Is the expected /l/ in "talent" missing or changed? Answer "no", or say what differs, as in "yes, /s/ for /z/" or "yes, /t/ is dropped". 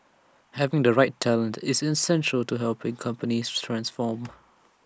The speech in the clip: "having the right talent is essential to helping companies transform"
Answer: no